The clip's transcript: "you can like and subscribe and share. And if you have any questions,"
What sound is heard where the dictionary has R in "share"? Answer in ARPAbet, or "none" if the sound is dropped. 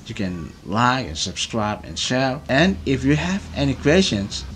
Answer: L